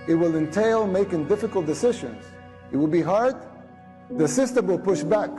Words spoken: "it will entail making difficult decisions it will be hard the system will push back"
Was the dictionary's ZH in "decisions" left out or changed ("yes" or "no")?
no